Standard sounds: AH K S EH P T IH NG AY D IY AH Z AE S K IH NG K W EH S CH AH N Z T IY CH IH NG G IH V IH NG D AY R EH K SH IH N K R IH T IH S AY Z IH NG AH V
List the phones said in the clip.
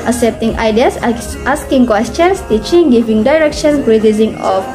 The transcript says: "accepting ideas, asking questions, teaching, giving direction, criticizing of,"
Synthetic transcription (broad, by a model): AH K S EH P T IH NG AY D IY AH S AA S K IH NG K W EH S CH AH N S T IY CH IH NG G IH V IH NG D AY R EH K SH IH N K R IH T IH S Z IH NG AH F